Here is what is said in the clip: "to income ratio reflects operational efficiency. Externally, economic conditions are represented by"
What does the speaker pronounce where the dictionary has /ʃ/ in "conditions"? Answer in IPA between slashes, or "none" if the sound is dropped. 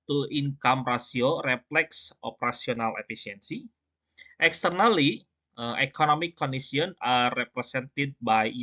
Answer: /s/